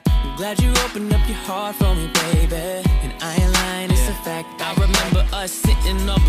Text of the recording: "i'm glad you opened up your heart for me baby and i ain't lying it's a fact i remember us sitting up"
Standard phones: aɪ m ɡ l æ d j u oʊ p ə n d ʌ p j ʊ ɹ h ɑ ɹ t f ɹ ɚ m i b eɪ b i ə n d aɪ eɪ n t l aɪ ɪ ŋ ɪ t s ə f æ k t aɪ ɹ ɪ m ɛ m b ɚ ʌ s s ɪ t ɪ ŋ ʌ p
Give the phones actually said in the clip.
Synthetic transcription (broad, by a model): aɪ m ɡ l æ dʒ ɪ oʊ p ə n ʌ p j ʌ ɹ h ɑ ɹ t f ɹ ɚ m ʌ b eɪ b i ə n aɪ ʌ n l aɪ ɪ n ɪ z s ə f æ k t aɪ ɹ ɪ m ɛ m b ɚ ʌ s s ɪ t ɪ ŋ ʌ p